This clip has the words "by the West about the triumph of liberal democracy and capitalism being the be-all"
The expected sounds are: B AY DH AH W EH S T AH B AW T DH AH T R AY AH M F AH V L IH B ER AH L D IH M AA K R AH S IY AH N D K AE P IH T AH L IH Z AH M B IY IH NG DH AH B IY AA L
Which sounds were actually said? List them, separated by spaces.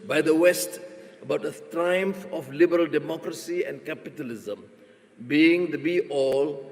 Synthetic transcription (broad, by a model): B AY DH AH W EH S T AH B AW T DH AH T R AY AH M F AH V L IH B ER AH L D IH M AA K R AH S IY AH N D K AE P IH T AH L IH Z AH M B IY IH NG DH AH B IY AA L